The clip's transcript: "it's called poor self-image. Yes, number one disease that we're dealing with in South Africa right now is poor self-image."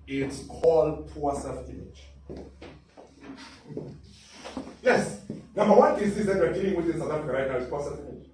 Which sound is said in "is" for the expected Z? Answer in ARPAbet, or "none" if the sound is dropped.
S